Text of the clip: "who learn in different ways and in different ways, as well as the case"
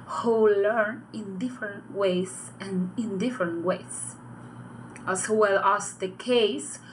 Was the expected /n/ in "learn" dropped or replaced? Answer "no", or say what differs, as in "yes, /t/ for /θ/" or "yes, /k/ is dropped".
no